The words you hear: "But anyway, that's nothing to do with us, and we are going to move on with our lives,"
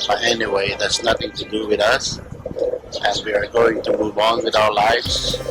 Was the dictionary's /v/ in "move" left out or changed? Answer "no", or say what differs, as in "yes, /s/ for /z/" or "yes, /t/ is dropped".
no